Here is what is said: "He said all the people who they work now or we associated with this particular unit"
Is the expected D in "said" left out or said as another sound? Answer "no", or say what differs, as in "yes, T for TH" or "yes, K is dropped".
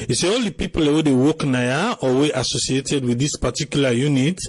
yes, D is dropped